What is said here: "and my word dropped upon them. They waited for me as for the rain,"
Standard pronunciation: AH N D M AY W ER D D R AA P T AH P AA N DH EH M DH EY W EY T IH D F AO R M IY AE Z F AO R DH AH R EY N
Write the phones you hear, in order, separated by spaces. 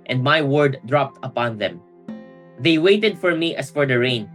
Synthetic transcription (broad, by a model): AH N D M AY W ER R D R AA P T AH P AA N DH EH M DH EY W EY T IH D F AO R M IY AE S F AO R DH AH R EY N